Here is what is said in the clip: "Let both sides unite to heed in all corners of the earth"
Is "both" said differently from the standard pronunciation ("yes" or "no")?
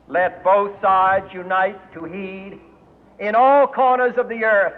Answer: no